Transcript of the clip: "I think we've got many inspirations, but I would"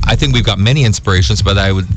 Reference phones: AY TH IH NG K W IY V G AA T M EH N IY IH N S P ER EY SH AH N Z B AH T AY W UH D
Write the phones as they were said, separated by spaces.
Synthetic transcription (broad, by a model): AY TH IH NG K W IY V G AA T M EH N IY IH N S P ER EY SH AH N Z B AH T AY W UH D